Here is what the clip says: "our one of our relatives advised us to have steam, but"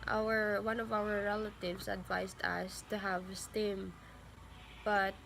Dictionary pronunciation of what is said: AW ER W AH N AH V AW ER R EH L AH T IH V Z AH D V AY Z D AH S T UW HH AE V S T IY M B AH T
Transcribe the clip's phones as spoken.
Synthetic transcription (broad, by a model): AW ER W AH N AH V AW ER R EH L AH T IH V S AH D V AY S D AH S T UW HH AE V S T IY M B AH T